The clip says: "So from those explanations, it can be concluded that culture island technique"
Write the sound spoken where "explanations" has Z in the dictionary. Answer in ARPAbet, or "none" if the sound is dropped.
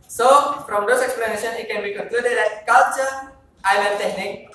none